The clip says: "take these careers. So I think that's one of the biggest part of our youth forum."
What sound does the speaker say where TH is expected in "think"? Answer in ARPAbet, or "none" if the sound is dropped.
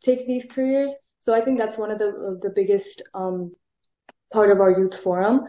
TH